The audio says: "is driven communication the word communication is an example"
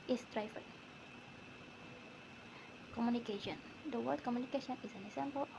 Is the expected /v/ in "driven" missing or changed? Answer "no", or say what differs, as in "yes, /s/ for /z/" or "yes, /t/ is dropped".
yes, /f/ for /v/